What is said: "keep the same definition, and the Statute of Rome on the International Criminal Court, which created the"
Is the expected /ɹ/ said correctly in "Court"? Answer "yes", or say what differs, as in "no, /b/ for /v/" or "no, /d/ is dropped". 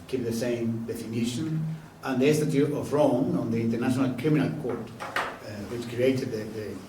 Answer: yes